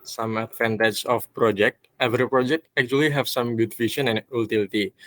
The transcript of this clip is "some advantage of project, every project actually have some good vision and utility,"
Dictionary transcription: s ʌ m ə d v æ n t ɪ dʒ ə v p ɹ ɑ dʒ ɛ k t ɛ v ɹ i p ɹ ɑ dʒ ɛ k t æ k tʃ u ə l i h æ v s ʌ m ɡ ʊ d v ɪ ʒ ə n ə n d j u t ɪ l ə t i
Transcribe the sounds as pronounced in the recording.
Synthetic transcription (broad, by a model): s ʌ m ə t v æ n t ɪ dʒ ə f p ɹ ɑ dʒ ɛ k t ɛ v ɹ i p ɹ ɑ dʒ ɛ k t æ k tʃ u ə l i h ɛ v s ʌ m ɡ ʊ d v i ʃ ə n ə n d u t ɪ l t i